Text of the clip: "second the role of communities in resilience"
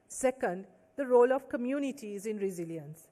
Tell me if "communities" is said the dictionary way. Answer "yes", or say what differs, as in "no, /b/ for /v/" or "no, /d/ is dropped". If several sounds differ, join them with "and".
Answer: yes